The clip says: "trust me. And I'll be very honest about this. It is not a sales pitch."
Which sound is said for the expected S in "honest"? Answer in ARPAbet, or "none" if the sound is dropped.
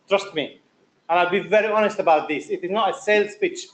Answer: S